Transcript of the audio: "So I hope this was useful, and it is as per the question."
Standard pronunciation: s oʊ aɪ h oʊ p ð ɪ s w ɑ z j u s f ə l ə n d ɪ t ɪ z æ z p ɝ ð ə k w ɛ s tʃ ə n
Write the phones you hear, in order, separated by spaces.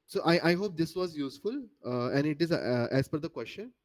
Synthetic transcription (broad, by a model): s oʊ aɪ h oʊ p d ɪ s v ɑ z j u s f ə l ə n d ɪ t ɪ z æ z f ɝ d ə k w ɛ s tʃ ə n